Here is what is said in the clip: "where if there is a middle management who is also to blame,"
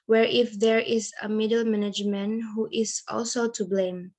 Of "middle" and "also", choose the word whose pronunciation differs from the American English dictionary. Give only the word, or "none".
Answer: none